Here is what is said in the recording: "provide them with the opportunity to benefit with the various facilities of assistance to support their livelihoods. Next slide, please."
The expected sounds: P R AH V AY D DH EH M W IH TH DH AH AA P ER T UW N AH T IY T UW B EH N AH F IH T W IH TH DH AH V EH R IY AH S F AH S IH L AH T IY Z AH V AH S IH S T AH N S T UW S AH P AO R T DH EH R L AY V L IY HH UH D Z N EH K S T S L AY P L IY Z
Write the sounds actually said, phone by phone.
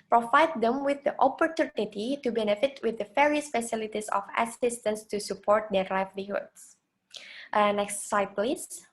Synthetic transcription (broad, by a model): P R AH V AY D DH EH M W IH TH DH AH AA P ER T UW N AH T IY T UW B EH N AH F IH T W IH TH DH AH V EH R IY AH S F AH S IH L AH T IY S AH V AH S IH S T AH N S T UW S AH P AO R T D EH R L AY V L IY HH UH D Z N EH K S T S AY P L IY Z